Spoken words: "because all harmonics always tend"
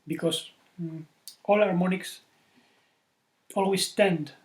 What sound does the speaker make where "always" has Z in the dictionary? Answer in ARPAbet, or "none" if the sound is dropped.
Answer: S